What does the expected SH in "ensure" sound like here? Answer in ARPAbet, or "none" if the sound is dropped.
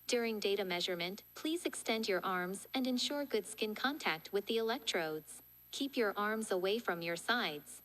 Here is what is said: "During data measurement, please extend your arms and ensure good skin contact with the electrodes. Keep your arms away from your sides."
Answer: SH